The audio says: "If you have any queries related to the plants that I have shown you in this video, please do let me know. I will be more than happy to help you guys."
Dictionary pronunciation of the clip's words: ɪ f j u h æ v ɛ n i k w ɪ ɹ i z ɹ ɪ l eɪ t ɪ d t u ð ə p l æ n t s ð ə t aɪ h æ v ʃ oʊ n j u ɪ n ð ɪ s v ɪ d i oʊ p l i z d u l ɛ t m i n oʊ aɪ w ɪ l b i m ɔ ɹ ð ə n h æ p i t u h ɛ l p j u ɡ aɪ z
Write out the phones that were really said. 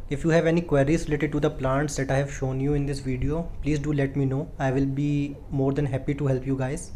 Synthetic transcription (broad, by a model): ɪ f j u h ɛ v ɛ n i k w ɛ ɹ i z ɹ ɪ l eɪ t ɪ d t u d ə p l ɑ n t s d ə t aɪ h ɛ v ʃ oʊ n j u ɪ n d ɪ s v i d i oʊ p l i z d u l ɛ t m i n oʊ aɪ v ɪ l b i m ɔ ɹ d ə n h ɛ p i t u h ɛ l p j u ɡ aɪ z